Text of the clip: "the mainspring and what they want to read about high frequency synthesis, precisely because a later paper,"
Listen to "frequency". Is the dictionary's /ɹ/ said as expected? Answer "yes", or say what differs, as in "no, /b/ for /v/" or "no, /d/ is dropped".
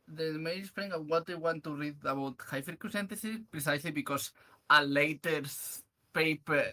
no, /ɹ/ is dropped